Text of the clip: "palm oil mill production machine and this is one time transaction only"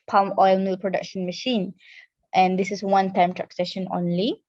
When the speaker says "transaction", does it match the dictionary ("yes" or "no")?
no